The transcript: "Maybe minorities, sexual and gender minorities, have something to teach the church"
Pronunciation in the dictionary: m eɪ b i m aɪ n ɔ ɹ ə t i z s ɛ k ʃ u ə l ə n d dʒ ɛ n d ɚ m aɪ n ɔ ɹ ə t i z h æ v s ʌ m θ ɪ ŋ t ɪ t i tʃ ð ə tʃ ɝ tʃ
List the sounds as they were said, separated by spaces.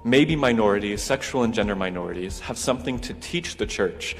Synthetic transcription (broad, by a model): m eɪ b i m aɪ n ɔ ɹ ə t i z s ɛ k ʃ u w l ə n dʒ ɛ n d ɚ m aɪ n ɔ ɹ ə t i z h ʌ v s ʌ m θ ɪ ŋ t ɪ t i tʃ ð ə tʃ ɝ tʃ